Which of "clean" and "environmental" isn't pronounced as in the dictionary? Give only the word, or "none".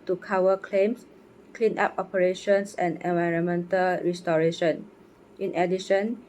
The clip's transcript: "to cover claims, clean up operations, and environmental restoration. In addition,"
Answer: none